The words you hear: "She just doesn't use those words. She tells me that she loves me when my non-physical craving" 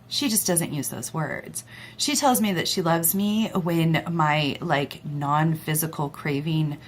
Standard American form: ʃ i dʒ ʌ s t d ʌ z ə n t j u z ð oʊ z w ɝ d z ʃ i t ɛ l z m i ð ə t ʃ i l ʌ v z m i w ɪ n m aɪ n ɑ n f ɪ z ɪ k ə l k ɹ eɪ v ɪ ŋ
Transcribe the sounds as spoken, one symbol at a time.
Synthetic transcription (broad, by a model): ʃ i dʒ ʌ s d ʌ z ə n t j u z ð oʊ z w ɝ d z ʃ i t ɛ l z m i ð ə t ʃ i l ʌ v z m i w ɪ n m aɪ n ɑ n f ɪ z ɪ k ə l k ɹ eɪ v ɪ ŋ